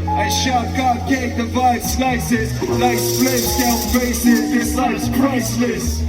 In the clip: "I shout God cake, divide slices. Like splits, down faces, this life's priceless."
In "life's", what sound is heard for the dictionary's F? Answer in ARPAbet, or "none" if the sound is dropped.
none